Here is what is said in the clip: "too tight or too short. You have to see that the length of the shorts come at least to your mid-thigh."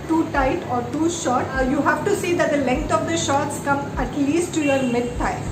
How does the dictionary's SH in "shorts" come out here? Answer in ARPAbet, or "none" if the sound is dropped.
SH